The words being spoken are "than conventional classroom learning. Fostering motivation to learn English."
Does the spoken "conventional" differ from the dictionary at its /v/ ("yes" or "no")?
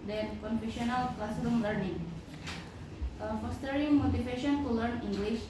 yes